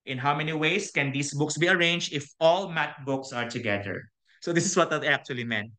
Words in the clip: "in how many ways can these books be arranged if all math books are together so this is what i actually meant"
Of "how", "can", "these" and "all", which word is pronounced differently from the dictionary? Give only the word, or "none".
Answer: these